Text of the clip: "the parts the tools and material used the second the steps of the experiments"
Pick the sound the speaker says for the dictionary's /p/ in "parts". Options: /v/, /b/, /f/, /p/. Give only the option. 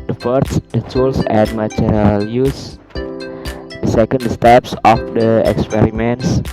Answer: /f/